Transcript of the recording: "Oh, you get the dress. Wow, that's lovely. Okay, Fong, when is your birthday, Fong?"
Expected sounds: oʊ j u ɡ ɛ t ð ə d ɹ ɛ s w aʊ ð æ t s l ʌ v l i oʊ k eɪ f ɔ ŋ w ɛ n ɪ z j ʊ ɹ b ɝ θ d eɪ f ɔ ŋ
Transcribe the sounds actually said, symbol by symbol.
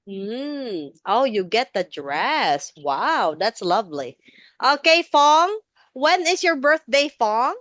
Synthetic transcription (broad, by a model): oʊ j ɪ ɡ ɛ t ð ə d ɹ ɛ s w aʊ ð æ t s l ʌ v l i oʊ k eɪ f ɔ ŋ w ɛ n ɪ z j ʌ ɹ b ɝ θ d eɪ f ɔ ŋ